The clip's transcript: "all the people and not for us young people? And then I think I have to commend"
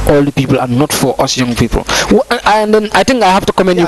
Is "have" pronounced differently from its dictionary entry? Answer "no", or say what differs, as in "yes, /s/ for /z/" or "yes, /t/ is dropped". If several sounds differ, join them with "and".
yes, /f/ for /v/